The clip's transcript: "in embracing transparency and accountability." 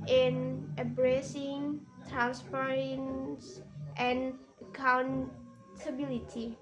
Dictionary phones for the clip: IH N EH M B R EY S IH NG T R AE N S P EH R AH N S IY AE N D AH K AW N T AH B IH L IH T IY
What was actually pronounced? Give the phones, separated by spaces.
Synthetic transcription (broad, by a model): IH N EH B R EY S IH NG T R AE N S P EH R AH N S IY N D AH K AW N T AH B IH L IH T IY